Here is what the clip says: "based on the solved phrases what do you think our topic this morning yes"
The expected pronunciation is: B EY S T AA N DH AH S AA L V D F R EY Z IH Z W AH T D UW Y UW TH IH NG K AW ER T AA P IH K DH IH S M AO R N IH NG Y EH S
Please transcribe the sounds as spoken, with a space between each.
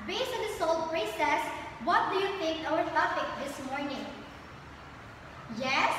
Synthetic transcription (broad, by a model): B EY S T AA N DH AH S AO L D P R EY S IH S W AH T D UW Y UW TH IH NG K AW ER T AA F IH K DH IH S M AO R N IH NG Y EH S